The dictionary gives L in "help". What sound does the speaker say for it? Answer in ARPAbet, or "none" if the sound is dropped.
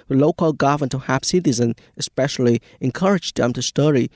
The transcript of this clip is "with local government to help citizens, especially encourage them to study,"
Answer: none